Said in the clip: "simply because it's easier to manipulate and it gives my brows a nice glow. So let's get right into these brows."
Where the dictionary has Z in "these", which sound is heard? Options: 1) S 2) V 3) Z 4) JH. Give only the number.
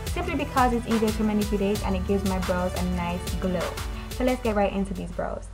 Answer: 3